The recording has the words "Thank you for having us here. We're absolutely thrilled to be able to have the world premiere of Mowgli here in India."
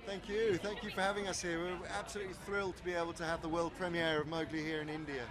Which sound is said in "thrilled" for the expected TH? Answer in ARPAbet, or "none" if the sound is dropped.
TH